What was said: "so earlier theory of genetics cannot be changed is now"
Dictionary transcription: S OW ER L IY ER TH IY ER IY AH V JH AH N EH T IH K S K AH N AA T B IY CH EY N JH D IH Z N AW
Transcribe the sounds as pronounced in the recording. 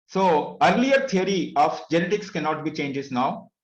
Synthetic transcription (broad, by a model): S OW ER L IY ER T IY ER IY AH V JH AH N EH T IH K S K AH N AA T B IY CH EY N JH IH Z N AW